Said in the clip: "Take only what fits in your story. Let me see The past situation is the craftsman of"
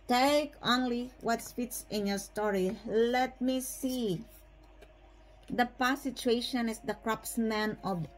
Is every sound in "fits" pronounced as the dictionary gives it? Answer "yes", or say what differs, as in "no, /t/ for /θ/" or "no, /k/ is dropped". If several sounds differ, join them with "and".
no, /p/ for /f/